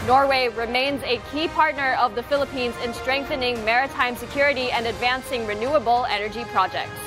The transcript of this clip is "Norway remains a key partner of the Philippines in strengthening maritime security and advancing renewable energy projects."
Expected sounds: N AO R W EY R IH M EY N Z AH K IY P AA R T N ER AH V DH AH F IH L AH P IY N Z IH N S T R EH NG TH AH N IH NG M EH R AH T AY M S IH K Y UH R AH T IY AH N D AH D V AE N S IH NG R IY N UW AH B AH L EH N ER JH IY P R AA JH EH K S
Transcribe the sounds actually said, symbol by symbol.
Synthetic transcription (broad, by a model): N AO R W EY R IH M EY N Z AH K IY P AA R T N ER AH V DH AH F IH L AH P IY N Z IH N S T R EH NG TH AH N IH NG M EH R AH T AY M S IH K Y UH R AH T IY AH N D AH D V AE N S IH NG R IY N UW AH B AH L EH N ER JH IY P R AA JH EH K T